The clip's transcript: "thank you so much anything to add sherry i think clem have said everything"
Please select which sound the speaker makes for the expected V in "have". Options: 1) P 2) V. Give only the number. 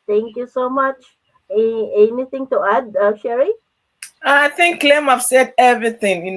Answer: 1